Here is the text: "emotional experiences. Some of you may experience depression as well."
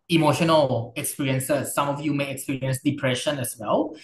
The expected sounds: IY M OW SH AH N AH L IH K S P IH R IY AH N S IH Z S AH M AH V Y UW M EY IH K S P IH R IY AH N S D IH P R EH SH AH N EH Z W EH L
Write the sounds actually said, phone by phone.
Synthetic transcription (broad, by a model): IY M OW SH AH N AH L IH K S P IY R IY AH N S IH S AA M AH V Y UW M EY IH K S P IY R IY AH N S D IH P R EH SH AH N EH S W EH L